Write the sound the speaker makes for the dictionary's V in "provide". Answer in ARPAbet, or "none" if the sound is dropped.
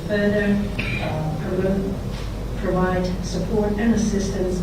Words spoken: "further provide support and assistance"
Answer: V